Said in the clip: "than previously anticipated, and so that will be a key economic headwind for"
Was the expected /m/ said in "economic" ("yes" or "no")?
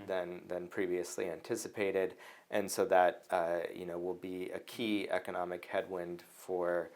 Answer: yes